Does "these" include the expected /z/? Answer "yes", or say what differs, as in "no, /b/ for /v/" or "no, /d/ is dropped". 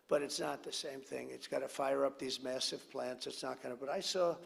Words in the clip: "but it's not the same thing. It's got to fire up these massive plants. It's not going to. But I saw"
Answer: yes